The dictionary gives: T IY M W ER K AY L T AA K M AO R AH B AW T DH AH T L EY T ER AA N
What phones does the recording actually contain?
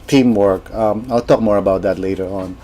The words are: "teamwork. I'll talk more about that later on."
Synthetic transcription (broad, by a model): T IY M W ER K AY L T AA K M AO R AH B AW T DH AH T L EY T ER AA N